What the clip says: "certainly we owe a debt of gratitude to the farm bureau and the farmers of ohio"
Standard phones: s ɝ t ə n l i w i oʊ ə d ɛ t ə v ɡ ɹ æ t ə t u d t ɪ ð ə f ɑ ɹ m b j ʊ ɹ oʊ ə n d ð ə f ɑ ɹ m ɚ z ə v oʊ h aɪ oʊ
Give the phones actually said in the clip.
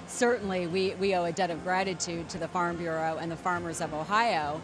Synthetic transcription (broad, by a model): s ɝ t n l i w i oʊ ə d ɛ t ə v ɡ ɹ æ t ə t u d t ɪ ð ə f ɑ ɹ m b j ʊ ɹ oʊ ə n ð ə f ɑ ɹ m ɚ z ə v oʊ h aɪ oʊ